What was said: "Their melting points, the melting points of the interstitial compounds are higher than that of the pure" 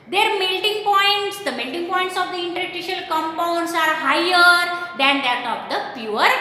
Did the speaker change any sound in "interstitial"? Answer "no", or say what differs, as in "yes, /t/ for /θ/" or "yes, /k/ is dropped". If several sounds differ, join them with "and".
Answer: yes, /s/ is dropped